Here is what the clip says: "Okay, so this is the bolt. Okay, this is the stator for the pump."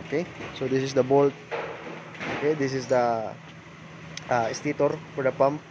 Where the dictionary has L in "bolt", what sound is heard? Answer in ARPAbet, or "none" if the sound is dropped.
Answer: L